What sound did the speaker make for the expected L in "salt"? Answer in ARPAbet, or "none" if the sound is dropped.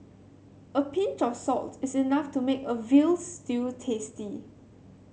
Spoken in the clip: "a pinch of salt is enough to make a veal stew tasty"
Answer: L